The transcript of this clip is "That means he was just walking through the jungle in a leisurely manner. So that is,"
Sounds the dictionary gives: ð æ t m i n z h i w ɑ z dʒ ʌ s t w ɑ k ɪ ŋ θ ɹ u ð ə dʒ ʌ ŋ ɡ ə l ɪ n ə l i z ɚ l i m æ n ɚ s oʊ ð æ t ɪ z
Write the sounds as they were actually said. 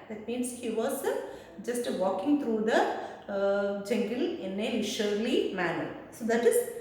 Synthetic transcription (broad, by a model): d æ t m i n s h i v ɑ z dʒ ʌ s t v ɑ k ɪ ŋ t ɹ u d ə dʒ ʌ ŋ ɡ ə l ɪ n ə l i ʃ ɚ l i m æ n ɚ s oʊ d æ t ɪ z